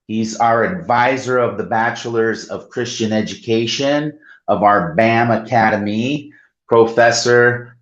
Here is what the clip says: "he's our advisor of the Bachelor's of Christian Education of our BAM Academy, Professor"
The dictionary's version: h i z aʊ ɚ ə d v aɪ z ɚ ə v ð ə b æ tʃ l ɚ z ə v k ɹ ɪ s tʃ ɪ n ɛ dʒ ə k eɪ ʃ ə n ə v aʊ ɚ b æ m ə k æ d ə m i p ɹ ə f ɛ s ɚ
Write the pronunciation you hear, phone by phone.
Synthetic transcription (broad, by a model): h i z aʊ ɚ ə d v aɪ z ɚ ə v ð ə b æ tʃ l ɚ z ə v k ɹ ɪ s tʃ ɪ n ɛ dʒ ə k eɪ ʃ ə n ə v aʊ ɚ b æ m ə k æ d ə m i p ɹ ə f ɛ s ɚ